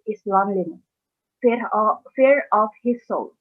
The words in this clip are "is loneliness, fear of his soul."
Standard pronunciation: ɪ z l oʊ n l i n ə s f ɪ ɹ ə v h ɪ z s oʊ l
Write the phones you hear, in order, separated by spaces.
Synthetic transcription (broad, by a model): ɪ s l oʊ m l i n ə f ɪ ɹ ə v h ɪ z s oʊ l